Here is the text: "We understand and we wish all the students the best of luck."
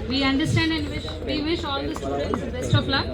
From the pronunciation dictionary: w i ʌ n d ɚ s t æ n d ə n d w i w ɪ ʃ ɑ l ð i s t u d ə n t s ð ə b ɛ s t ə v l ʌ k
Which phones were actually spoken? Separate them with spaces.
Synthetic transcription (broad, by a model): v i ʌ n d ɚ s t æ n d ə n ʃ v i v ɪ ʃ ɑ l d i s t u d ə n t s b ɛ s t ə p l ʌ